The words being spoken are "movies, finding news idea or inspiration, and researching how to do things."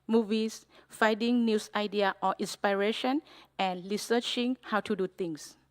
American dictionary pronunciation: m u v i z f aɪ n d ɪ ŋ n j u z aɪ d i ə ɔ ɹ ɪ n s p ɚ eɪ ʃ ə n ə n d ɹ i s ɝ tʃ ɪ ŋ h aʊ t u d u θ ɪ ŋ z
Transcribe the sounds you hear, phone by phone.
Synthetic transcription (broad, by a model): m u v i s f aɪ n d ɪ ŋ n j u s aɪ d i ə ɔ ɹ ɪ n s p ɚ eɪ ʃ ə n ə n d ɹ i s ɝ tʃ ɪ ŋ h aʊ t u d u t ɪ ŋ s